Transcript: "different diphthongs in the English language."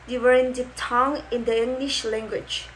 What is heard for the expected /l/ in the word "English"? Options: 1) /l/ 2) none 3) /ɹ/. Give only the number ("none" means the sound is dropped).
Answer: 1